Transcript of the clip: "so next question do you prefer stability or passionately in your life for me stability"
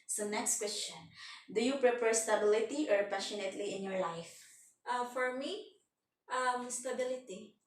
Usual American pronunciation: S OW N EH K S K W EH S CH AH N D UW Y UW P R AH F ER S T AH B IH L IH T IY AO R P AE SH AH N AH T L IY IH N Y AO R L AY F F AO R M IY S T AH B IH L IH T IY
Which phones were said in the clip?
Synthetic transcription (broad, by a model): S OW N EH K S K W EH S CH AH N D UW Y UW P R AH P ER S T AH B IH L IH T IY AO R P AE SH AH N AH T L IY IH N Y AO R L AY F F AO R M IY S T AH B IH L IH T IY